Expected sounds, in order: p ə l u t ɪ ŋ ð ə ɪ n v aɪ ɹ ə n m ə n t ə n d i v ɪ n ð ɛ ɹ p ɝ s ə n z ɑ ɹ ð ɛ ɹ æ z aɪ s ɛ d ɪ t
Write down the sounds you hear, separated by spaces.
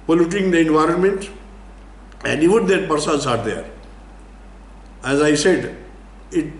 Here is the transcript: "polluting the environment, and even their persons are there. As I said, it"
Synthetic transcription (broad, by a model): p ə l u t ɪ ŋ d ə ɪ n v aɪ ɹ ə n m ə n t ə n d i v ɪ n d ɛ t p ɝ s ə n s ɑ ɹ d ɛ ɹ æ z aɪ s ɛ d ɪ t